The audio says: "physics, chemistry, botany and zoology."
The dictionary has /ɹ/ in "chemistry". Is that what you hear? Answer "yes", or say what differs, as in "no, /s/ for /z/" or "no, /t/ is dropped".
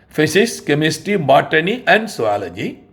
no, /ɹ/ is dropped